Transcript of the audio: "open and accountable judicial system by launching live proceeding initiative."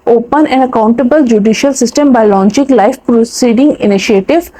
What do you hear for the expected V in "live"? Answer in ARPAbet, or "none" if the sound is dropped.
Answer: F